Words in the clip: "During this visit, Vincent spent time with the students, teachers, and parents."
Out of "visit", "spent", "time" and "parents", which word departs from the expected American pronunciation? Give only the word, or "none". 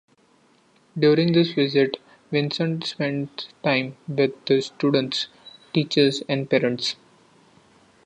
none